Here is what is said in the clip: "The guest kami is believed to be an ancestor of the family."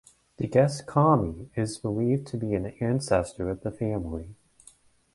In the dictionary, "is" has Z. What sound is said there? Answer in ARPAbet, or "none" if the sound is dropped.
Z